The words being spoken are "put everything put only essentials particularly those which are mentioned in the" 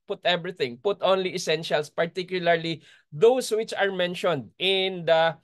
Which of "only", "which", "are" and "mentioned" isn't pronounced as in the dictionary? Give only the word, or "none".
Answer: none